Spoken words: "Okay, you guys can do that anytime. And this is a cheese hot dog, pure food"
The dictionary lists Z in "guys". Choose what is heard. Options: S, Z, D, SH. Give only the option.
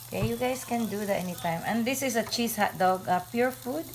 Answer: S